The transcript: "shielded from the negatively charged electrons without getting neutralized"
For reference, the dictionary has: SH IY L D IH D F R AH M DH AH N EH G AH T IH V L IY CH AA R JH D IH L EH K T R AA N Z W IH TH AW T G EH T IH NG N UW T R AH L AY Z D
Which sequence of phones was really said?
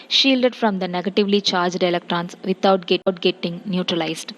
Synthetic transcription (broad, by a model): SH IY L D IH D F R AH M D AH N EH G AH T IH V L IY CH AA R JH D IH L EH K T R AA N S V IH T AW T G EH T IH NG N UW T R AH L AY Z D